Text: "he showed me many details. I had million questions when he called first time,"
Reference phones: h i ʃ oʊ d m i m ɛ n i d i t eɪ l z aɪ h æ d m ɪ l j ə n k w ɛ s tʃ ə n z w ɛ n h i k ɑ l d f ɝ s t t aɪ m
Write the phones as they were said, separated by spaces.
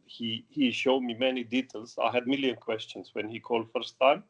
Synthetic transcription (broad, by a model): h i ʃ oʊ d m i m ɛ n i d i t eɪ l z aɪ h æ d m ɪ l j ə n k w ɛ s tʃ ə n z w ɛ n h i k ɑ l d f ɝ s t t aɪ m